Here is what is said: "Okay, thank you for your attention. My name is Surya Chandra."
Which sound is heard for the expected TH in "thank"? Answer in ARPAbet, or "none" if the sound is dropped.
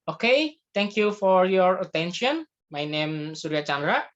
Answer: T